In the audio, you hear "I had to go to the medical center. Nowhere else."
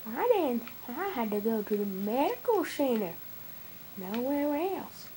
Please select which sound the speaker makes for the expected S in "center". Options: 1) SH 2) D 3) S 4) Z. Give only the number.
1